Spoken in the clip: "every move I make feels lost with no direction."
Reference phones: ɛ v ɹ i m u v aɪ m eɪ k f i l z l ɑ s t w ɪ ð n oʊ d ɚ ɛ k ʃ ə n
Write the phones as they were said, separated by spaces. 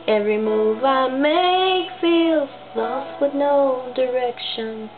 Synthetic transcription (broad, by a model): ɛ v ɹ i m u v aɪ m eɪ k f i l s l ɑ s w ɪ ð n oʊ d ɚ ɛ k ʃ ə n